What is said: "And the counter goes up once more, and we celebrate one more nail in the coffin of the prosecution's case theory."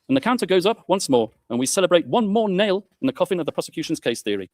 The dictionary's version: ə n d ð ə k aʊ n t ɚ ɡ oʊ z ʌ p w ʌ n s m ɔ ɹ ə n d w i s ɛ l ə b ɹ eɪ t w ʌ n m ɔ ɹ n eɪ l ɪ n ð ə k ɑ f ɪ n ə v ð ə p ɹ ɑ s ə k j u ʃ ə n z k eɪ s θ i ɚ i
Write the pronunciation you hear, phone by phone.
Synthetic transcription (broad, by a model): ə n ð ə k aʊ n t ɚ ɡ oʊ z ʌ p w ʌ n s m ɔ ɹ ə n w i s ɛ l ə b ɹ eɪ t w ʌ n m ɔ n eɪ l ɪ n ð ə k ɑ f ɪ n ə v ð ə p ɹ ɑ s ə k j u ʃ ə n z k eɪ s θ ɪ ɚ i